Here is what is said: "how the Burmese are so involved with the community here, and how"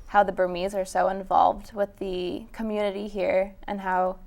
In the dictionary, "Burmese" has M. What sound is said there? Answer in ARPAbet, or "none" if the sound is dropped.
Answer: M